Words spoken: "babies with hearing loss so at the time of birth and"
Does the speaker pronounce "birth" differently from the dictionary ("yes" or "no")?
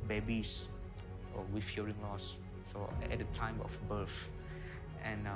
yes